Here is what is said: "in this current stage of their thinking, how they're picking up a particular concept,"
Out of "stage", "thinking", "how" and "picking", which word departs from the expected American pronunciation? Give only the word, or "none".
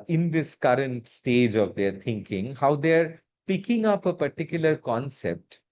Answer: thinking